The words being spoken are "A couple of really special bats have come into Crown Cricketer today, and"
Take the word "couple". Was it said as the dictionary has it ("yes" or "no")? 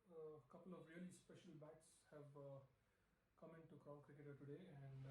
yes